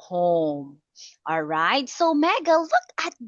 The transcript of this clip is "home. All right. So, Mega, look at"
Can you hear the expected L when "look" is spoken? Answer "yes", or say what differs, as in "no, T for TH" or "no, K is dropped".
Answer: yes